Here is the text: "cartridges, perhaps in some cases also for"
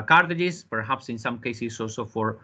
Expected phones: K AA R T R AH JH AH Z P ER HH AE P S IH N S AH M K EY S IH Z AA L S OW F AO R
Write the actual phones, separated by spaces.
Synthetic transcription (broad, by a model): K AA R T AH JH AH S P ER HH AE P S IH N S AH M K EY S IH S AA L S OW F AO R